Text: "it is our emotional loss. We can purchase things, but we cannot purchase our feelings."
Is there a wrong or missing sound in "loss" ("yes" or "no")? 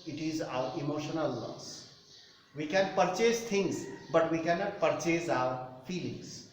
yes